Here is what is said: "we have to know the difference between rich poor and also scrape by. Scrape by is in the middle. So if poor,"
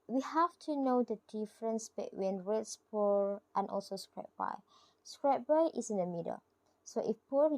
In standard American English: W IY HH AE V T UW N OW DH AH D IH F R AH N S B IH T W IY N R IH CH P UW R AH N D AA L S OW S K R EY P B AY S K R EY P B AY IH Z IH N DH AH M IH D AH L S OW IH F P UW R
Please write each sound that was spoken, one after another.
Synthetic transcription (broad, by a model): W IY HH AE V T UW N OW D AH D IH F R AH N S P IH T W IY N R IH S P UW R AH N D AA L S OW S K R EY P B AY S K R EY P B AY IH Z IH N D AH M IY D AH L S OW IH F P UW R